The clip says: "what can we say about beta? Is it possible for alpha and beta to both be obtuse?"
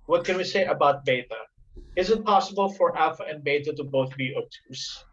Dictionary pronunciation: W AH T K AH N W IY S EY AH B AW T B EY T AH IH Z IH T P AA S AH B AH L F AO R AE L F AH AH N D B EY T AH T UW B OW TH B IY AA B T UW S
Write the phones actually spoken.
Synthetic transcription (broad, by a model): W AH T K AH N W IY S EY AH B AW T B EY T AH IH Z IH T P AA S AH B AH L F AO R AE F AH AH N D B EY T AH T UW B OW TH B IY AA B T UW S